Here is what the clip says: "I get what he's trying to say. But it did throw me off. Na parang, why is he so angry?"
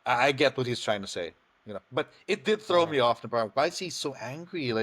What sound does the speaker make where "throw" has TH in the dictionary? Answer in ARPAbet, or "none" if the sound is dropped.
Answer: TH